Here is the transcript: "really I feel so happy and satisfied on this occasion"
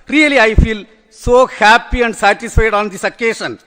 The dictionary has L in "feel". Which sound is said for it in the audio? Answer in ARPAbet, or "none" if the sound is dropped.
L